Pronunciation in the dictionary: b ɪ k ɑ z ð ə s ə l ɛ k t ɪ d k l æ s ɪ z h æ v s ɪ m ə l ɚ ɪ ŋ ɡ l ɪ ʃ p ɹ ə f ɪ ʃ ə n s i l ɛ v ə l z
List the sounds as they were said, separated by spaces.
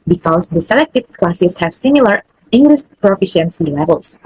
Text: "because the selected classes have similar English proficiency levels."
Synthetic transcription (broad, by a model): b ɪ k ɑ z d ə s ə l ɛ k t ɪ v k l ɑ s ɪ s h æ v s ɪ m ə l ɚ ɪ ŋ ɡ l ɪ ʃ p ɹ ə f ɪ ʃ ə n s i l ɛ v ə l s